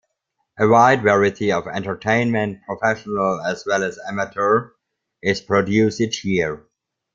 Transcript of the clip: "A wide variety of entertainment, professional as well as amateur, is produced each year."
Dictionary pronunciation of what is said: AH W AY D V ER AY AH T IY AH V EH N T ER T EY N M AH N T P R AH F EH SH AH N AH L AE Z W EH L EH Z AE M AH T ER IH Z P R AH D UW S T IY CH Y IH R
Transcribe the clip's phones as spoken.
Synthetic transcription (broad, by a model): AH W AY D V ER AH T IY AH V EH N T ER T EY N M AH N T P R AH F EH SH AH N AH L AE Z W EH L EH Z AE M AH T ER IH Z P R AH D UW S IH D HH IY R